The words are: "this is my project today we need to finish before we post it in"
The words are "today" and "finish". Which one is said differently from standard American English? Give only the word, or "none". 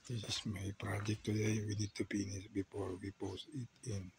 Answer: finish